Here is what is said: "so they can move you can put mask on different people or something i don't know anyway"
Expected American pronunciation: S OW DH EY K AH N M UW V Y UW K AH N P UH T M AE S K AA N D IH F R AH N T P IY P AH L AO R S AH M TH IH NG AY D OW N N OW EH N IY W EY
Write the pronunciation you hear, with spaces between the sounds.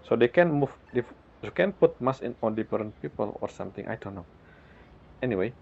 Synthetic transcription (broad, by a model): S OW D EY K AH N M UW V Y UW K AH N P UH T M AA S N AA N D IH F R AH N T P IY P AH L AO R S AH M T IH NG AY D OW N N OW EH N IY W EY